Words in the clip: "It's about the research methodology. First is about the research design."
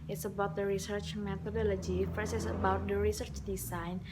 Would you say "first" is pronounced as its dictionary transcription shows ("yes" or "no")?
no